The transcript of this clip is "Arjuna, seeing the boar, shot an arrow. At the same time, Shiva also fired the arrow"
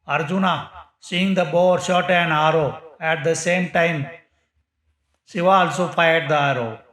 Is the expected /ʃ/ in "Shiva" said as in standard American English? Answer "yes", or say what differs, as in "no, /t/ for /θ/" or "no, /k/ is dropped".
no, /s/ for /ʃ/